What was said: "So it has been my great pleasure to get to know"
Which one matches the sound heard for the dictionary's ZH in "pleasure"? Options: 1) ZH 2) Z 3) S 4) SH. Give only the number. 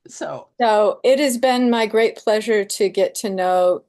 1